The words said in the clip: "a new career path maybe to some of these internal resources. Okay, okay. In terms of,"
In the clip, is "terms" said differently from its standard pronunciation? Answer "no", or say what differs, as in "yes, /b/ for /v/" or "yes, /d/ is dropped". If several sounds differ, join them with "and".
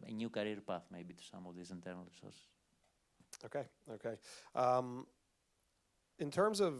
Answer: no